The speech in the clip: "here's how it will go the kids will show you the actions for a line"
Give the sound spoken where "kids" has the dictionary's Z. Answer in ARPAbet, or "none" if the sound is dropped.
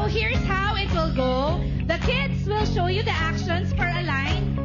S